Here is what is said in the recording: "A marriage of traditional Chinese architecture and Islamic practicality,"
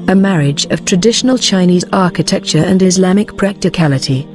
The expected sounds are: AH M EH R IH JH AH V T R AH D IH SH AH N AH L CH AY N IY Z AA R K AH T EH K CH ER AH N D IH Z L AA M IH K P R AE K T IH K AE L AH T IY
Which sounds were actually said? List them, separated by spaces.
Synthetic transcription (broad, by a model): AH M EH R IH JH AH V T R AH D IH SH AH N AH L CH AY N IY Z AA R K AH T EH K CH ER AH N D IH Z L AA M IH K P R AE K T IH K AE L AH T IY